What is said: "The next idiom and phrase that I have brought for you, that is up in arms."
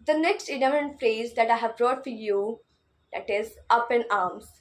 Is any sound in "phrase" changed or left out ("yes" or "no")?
no